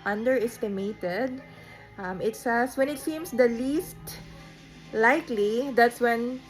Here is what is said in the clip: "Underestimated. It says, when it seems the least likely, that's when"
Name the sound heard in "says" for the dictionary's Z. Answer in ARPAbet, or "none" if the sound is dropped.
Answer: S